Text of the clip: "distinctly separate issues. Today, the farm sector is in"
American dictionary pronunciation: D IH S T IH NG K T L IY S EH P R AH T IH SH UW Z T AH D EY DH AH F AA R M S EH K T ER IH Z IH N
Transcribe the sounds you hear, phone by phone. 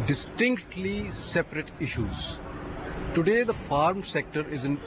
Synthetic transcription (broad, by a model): D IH S T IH NG K T L IY S EH P R AH T IH SH UW Z T AH D EY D AH F AA R M S EH K T ER IH Z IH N